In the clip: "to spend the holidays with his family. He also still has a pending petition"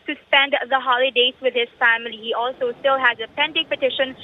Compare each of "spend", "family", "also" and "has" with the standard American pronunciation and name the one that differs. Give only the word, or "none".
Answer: none